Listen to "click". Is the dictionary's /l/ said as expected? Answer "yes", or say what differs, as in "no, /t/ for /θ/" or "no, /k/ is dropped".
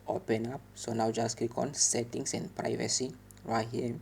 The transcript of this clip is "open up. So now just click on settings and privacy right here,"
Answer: no, /l/ is dropped